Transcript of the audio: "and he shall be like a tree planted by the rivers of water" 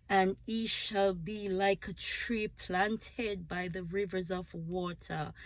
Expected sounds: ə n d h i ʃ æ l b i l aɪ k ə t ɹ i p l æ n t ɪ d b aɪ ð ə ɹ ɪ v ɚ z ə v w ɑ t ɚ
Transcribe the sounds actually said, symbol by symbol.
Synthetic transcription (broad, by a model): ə n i ʃ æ l b i l aɪ k ə t ɹ i p l æ n t ɪ d b aɪ ð ə ɹ ɪ v ɚ z ə v w ɑ t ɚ